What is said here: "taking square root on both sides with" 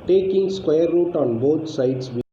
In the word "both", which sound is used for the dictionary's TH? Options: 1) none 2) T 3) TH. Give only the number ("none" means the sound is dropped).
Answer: 2